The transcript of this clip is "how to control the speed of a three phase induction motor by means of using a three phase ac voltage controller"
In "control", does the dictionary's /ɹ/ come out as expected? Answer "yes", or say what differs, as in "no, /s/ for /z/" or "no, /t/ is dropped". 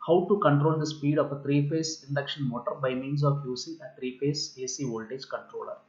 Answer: yes